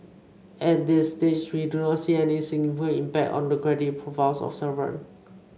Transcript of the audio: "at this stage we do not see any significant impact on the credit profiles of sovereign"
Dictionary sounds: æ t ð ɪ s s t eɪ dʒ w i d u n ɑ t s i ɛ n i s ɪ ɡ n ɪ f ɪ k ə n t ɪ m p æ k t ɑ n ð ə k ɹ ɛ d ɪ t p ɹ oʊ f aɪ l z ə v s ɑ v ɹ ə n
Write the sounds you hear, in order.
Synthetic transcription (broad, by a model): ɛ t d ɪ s s t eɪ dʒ w i d u n ɑ t s i ɛ n i s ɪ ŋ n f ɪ ə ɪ m p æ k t ɑ n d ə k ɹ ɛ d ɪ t p ɹ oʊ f aɪ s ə f s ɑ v ə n